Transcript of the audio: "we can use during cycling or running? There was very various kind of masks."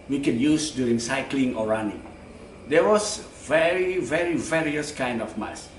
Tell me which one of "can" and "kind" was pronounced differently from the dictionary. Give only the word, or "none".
none